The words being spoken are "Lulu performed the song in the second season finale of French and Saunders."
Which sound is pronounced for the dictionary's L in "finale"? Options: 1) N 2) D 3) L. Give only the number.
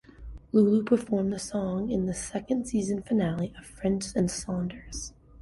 3